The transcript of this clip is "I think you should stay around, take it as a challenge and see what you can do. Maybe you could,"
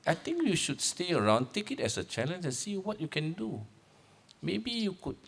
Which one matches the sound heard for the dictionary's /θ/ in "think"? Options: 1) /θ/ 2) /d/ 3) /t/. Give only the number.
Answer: 3